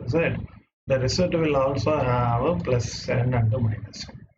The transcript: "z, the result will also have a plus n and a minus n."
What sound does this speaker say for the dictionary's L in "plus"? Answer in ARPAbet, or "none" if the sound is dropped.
L